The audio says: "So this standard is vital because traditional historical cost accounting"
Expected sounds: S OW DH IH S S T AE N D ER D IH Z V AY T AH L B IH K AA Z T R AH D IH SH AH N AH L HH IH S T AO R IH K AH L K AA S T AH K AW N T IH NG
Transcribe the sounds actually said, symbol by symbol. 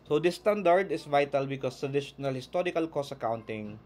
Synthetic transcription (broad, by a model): S OW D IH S S T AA N D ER D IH S V AY T AH L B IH K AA S T R AH D IH SH AH N AH L HH IH S T AO R IH K AH L K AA S AH K AW N T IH NG